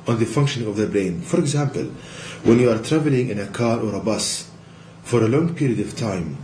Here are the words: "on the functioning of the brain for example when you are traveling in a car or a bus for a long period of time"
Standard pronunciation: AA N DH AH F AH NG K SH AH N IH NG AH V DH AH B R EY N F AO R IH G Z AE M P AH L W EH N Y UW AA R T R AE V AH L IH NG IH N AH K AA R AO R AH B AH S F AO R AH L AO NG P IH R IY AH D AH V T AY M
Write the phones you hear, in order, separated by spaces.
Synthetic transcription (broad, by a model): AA N DH AH F AH NG K SH AH N IH NG AH V DH AH B R EY N F AO R IH G Z AE M P AH L W EH N Y UW AA R T R AE V AH L IH NG IH N AH K AA R AO R AH B AH S F AO R AH L AO NG P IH R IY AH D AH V T AY M